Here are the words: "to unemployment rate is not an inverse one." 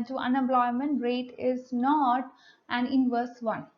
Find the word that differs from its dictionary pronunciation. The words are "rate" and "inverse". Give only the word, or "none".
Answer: none